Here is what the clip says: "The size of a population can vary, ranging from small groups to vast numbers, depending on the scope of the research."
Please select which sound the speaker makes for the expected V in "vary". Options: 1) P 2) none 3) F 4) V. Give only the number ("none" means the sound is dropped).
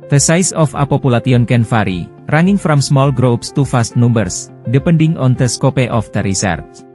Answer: 3